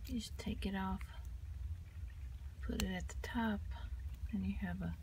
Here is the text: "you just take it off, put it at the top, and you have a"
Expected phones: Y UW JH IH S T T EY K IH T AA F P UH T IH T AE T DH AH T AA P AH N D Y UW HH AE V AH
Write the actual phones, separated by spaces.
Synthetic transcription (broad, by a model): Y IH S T T EY K IH T AA F P UH T IH T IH T DH AH T AA P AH N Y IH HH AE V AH